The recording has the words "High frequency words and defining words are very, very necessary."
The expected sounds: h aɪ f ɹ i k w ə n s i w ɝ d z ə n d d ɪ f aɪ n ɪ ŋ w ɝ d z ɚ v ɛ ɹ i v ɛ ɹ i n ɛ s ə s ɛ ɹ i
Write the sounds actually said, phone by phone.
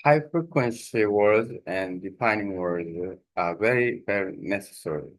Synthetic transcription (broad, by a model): h aɪ f ɹ i k w ə n s i w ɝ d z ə n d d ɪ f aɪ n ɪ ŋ w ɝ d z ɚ v ɛ ɹ i v ɛ ɹ i n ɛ s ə s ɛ ɹ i